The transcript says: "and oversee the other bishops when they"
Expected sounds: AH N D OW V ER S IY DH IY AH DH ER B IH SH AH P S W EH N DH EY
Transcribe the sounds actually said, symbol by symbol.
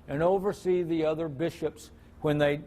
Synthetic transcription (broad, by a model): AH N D OW V ER S IY DH IY AH DH ER B IH SH AH P S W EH N DH EY